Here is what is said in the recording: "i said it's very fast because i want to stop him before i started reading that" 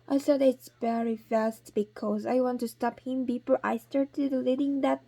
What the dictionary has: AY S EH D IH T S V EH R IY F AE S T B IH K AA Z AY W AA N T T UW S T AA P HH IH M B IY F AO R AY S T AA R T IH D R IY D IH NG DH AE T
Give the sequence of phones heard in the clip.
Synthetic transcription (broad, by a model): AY S EH D IH T S V EH R IY F AE S T B IH K AA Z AY W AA N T T UW S T AA P HH IH M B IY P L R AY S T AA R T IH D L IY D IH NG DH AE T